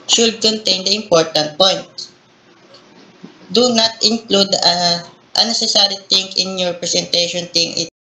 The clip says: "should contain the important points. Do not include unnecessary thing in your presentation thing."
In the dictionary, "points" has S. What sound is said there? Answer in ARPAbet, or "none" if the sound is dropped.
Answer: none